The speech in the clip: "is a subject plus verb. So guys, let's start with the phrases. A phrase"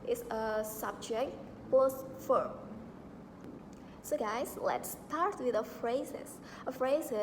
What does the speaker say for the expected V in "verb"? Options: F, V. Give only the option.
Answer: F